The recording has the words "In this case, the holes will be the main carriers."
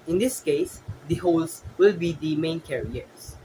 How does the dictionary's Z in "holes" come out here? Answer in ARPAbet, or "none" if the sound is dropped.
S